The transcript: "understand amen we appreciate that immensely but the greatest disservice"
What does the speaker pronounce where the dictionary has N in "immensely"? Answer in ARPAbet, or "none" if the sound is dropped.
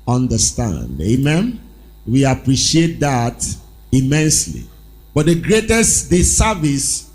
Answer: N